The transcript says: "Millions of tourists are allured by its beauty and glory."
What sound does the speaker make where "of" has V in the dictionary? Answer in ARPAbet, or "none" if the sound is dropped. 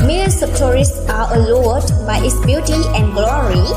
P